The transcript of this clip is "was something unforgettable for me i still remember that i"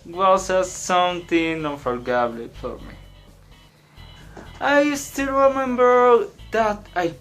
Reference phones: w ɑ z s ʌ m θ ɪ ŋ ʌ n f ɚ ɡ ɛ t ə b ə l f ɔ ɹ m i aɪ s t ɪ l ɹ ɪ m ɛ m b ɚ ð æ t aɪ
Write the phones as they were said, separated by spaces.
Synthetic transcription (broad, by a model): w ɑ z s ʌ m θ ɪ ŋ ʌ f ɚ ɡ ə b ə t f ɔ ɹ m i aɪ s t ɪ l ɹ ɪ m ɛ m b ɚ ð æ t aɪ